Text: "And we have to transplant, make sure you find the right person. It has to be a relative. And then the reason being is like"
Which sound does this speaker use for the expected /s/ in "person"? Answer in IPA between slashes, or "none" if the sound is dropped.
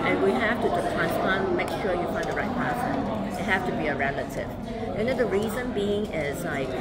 none